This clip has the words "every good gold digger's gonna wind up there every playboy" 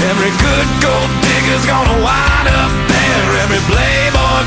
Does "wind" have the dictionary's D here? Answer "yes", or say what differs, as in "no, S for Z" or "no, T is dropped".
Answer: no, D is dropped